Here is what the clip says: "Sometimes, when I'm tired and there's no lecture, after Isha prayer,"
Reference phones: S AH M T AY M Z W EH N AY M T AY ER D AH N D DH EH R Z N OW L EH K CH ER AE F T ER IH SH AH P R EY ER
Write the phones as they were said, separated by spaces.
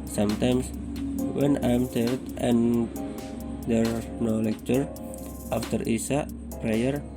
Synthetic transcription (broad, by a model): S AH M T AY M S W EH N AY M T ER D AH N D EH R N OW L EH K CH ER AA F T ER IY S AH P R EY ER